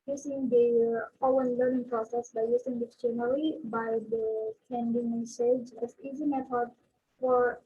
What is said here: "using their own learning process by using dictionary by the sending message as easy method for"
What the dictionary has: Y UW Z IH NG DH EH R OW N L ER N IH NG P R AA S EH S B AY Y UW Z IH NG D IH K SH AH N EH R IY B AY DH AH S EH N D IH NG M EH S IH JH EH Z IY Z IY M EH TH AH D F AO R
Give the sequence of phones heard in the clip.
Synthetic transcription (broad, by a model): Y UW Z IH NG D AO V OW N L ER N IH NG P R AA S EH S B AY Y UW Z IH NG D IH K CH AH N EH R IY B AY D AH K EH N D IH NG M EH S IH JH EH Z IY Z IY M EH F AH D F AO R